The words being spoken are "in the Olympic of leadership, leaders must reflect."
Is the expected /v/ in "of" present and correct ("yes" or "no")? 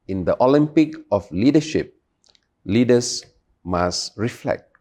no